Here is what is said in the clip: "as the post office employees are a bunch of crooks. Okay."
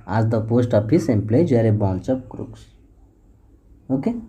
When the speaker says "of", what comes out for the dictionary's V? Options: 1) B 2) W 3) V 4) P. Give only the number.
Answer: 4